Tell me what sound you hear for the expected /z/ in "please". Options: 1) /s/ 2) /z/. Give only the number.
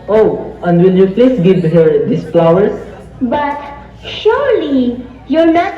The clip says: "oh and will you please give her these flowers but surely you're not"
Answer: 1